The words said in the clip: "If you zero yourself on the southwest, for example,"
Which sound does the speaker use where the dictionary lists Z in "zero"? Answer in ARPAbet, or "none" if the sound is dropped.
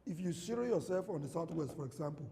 S